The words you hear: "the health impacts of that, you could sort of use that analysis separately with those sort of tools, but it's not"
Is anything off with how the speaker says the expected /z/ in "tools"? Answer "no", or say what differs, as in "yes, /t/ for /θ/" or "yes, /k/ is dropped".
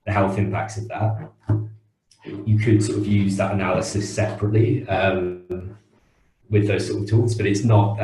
no